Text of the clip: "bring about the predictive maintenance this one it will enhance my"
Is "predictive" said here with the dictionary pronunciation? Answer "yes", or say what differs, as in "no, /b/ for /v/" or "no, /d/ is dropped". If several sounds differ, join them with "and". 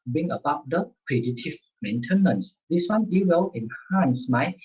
no, /k/ is dropped